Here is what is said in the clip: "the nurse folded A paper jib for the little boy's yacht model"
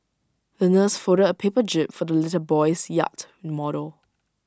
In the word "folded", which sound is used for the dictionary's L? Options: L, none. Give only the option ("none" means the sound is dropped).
none